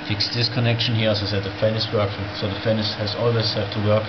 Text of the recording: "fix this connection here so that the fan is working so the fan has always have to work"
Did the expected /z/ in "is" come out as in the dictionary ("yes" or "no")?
no